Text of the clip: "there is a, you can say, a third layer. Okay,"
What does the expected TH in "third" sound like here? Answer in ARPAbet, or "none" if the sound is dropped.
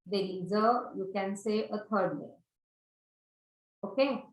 T